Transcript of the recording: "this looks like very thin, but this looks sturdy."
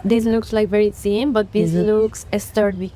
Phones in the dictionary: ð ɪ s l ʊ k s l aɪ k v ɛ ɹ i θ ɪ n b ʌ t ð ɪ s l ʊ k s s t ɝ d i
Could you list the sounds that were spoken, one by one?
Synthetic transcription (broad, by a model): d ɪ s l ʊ k s l aɪ k v ɛ ɹ i s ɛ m b ʌ t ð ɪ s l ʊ k s s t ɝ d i